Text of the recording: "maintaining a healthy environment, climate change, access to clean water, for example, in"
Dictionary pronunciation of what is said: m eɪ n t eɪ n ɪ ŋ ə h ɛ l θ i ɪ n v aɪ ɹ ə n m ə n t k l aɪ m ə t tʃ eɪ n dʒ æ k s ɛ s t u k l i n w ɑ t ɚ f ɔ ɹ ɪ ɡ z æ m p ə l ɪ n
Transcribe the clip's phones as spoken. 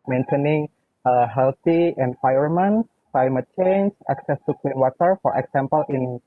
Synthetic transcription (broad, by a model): m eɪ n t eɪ n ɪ ŋ ə h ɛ l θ i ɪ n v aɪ ə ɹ m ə n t k l aɪ m ə t tʃ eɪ n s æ k s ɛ s t u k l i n w ɑ t ɚ f ɔ ɹ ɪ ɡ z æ m p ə l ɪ n